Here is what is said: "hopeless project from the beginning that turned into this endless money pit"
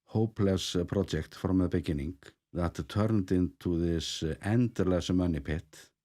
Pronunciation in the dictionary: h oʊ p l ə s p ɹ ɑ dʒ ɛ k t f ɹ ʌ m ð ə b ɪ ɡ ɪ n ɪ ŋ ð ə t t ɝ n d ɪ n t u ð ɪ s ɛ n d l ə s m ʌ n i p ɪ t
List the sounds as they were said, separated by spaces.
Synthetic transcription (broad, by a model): h oʊ p l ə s p ɹ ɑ ɛ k t f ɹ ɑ m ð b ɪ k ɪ n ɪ ŋ ð ə t t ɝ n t ɪ n t u ð ɪ s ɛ n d l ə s m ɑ n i p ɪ t